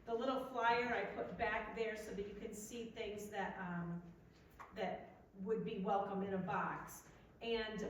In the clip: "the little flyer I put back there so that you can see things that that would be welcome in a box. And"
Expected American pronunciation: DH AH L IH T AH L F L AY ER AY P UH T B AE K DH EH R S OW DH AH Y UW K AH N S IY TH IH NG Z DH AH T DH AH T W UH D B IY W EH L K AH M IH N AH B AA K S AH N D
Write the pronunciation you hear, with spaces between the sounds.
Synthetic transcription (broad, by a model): DH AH L IH T L F L AY ER AY P UH T B AE K DH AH R S OW DH AH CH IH K AH N S IY TH IH NG Z DH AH T DH AH T W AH D B IY W EH L K AH M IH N AH B AA K S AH N